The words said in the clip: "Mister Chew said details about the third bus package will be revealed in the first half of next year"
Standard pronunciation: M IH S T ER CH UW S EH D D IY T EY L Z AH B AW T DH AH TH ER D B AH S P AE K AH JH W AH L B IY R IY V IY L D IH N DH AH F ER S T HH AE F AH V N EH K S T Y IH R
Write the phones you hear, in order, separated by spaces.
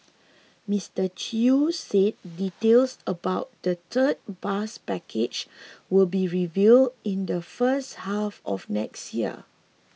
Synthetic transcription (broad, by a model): M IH S T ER CH UW S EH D D IY T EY L S AH B AW T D AH T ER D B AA S P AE K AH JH W AH L B IY R IY V IY L D IH N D AH F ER S T HH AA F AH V N EH K S T Y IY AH